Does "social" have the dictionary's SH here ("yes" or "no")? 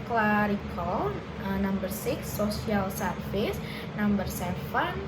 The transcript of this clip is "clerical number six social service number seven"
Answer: no